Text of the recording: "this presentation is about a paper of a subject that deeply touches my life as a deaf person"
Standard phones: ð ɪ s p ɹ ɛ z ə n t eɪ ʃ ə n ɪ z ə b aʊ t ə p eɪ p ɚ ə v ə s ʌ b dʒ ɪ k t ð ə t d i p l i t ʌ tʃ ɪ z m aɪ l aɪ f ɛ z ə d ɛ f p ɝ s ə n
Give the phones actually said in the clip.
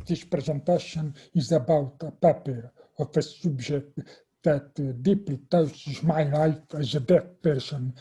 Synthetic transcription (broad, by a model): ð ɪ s p ɹ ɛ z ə n t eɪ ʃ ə n ɪ z ə b aʊ t ə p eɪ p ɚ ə f ə s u b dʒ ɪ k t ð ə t d i p l i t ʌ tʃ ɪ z m aɪ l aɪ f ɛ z ə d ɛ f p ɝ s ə n